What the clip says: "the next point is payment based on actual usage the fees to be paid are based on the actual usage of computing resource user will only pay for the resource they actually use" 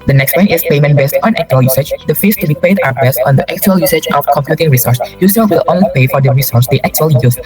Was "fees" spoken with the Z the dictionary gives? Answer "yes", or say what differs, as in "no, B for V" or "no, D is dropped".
no, S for Z